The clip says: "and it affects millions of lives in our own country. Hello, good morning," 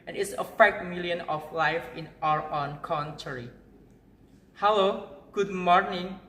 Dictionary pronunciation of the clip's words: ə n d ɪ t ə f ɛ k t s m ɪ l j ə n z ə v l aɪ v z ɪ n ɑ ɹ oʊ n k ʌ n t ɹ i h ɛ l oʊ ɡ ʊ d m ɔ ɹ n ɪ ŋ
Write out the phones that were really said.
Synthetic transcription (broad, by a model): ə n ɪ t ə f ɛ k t m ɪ l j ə n ə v l aɪ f ɪ n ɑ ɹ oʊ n k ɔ n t ɹ i h ɛ l oʊ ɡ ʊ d m ɔ ɹ n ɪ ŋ